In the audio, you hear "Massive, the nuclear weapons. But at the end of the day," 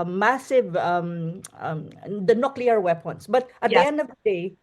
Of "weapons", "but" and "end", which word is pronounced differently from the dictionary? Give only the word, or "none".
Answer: weapons